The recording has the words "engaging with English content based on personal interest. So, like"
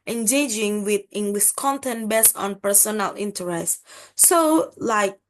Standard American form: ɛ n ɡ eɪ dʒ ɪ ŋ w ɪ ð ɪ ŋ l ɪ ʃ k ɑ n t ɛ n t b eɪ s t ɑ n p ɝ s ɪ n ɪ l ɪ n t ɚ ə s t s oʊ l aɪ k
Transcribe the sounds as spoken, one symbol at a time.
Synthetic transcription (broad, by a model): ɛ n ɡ eɪ dʒ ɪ ŋ w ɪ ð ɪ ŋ w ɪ s k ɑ n t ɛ n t b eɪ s ɑ n p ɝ s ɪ n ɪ l ɪ n t ɚ ə s t s oʊ l aɪ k